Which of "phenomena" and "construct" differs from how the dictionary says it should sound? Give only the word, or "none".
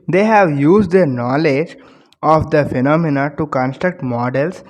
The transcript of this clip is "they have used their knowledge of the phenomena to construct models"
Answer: none